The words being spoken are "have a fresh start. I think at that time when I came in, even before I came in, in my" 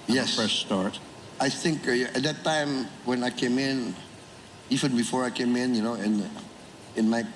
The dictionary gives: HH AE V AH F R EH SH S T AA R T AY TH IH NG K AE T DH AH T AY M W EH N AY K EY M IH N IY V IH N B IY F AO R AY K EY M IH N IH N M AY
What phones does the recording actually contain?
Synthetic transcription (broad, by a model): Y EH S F EH S S T AA R T AY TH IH NG K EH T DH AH T AY M W EH N AY K EY M IH N IY V IH N B IY F AO R AY K EY M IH N IH N M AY